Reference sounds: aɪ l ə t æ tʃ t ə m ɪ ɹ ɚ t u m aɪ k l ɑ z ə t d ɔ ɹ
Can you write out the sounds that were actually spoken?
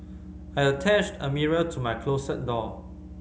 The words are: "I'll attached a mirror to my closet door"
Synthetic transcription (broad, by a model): aɪ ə t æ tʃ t ə m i ɹ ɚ t u m aɪ k l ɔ s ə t d ɔ